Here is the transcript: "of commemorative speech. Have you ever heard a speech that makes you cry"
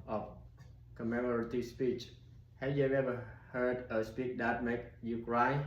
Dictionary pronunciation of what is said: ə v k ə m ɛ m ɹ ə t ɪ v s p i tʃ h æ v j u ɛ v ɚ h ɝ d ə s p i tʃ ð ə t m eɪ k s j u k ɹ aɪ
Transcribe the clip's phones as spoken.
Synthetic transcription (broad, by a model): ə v k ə m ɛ m ɹ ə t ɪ s p i tʃ h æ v j u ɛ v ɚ h ɝ d ə s p i tʃ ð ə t m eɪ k j u k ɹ aɪ